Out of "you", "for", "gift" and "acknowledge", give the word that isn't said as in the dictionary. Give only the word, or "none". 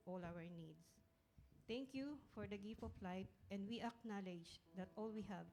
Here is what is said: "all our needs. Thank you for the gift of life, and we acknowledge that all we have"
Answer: gift